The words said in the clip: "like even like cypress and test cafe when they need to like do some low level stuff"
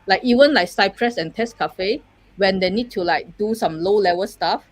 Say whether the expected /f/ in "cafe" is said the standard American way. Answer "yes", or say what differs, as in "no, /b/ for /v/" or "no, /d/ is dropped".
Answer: yes